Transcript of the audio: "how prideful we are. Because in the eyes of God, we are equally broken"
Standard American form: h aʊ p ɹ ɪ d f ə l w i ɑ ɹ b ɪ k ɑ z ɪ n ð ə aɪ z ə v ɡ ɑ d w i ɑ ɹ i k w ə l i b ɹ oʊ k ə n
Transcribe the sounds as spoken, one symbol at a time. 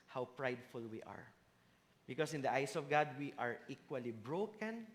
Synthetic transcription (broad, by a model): h aʊ p ɹ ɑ d f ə l w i ɑ ɹ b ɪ k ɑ s ɪ n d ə aɪ s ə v ɡ ɑ d w i ɑ ɹ i k w ə l i b ɹ oʊ k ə n